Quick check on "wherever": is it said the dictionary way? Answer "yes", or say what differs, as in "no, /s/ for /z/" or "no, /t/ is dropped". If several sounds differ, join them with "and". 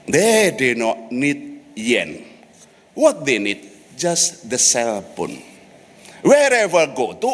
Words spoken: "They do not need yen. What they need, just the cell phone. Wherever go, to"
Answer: yes